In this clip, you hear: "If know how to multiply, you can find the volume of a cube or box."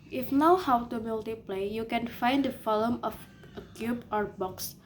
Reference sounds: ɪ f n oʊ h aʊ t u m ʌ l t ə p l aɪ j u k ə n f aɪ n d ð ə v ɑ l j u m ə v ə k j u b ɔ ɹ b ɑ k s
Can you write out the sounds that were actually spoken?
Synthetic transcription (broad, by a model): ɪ f n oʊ h aʊ t u m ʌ l t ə p l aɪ j u k ə n f aɪ n d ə f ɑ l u m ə f ə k j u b ɔ ɹ b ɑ k s